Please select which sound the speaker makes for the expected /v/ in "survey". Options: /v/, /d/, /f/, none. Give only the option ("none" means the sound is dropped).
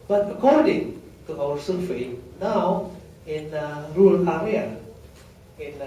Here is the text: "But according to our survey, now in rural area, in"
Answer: /f/